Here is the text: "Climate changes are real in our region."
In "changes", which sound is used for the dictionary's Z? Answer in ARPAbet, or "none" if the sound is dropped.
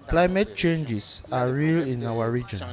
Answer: S